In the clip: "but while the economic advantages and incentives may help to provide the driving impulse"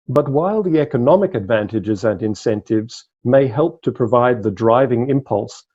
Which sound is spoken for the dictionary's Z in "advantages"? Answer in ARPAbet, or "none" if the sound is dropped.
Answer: Z